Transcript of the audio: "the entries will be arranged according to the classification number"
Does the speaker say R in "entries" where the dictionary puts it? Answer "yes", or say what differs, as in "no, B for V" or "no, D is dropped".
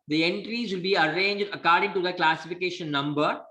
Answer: yes